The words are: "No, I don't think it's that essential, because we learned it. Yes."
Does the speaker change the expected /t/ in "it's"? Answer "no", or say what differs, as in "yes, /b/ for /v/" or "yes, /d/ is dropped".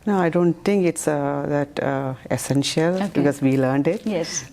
no